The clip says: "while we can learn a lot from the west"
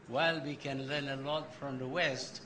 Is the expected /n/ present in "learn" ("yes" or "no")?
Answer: yes